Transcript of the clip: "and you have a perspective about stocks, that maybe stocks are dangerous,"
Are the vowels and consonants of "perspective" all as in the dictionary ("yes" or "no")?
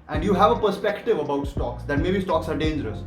yes